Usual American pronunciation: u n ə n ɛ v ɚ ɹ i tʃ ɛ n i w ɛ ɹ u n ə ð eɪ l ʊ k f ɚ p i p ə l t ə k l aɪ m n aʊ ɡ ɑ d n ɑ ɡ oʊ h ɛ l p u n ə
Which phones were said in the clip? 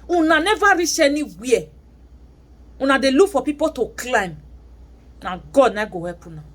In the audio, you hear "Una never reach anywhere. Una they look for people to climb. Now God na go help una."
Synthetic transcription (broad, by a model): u n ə n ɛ v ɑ ɹ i ʃ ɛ n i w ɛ u n ə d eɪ l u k f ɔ p i p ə t ə k l aɪ m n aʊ ɡ ɑ d n ɑ ɡ oʊ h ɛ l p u n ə